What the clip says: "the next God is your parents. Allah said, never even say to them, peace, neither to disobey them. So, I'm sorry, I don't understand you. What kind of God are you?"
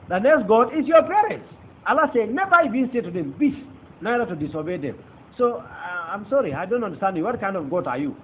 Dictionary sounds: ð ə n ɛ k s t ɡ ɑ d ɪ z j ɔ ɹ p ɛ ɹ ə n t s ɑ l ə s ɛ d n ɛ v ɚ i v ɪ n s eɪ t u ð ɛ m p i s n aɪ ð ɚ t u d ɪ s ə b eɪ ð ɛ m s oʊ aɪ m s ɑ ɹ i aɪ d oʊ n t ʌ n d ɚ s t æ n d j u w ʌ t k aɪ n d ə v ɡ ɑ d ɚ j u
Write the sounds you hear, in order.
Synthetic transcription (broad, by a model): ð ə n ɛ k s t ɡ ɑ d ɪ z j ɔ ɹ p ɛ ɹ ə n t s ɑ l ə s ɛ n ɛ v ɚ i b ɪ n s eɪ t u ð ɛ m b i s n aɪ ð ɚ t u d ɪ s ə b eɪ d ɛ m s oʊ aɪ m s ɑ ɹ i aɪ d oʊ n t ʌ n d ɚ s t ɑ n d j u w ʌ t k aɪ n d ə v ɡ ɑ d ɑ j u